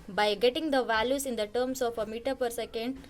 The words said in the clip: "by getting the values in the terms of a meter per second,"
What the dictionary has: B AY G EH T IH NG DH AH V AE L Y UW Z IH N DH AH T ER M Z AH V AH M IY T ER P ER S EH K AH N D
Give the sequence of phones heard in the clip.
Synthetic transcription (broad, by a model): B AY G EH T IH NG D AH V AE L Y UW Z IH N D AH T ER M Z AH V AH M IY T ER P ER S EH K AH N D